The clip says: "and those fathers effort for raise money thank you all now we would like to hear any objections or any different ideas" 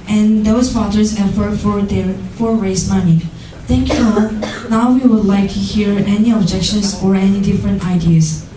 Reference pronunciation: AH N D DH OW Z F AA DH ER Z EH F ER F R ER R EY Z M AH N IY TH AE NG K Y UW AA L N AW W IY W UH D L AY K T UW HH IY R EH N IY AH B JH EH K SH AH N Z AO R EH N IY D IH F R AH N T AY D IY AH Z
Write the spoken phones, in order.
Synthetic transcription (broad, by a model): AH N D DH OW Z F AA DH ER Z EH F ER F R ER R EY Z M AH N IY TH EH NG K Y UW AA N AW W IY W UH D L AY K T UW HH IY R EH N IY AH B JH EH K SH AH N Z AO R EH N IY D IH F R AH N T AY D IY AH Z